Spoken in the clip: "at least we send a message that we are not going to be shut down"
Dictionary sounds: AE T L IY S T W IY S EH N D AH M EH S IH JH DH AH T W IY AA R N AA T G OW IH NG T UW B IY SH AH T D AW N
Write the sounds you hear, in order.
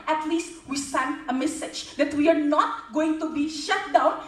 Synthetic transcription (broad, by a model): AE T L IY S T W IY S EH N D AH M EH S IH JH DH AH T W IY AA R N AA T G OW IH NG T UW B IY SH AH T D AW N